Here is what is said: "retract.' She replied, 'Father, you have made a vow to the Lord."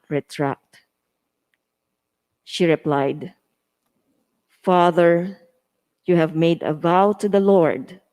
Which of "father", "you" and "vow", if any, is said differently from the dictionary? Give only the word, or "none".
none